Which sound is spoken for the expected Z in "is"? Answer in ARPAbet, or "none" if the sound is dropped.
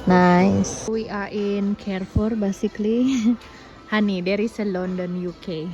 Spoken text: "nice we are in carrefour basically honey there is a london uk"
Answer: S